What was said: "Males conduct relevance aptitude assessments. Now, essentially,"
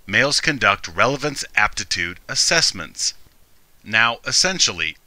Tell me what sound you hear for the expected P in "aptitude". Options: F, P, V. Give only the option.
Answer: P